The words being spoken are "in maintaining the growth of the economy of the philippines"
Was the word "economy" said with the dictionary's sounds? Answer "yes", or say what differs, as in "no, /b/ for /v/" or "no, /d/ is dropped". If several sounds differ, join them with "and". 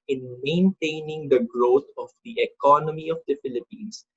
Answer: yes